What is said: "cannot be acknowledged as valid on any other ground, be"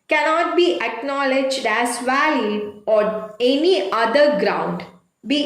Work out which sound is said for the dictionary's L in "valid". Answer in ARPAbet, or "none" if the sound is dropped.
none